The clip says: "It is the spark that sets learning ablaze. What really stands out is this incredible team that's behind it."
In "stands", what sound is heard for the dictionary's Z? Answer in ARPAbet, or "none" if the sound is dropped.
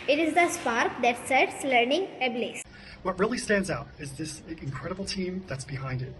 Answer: Z